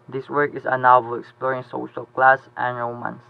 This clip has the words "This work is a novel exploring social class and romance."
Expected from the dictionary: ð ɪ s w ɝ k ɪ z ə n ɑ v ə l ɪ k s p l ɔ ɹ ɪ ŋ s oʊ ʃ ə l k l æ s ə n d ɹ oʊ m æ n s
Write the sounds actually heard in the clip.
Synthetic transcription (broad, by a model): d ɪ s w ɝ k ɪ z ə n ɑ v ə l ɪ k s p ɔ ɹ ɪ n s oʊ ʃ ə l k l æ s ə n ɹ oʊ m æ n s